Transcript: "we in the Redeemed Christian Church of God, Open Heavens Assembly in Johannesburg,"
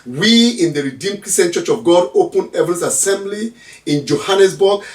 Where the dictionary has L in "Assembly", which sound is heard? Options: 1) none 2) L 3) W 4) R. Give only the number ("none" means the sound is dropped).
2